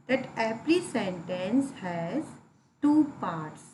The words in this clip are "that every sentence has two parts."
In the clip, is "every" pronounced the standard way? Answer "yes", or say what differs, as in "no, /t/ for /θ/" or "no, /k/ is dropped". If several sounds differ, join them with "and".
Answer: no, /p/ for /v/